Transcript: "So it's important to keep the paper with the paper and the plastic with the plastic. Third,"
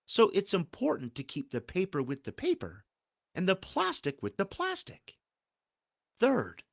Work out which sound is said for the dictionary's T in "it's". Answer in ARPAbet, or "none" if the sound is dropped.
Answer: T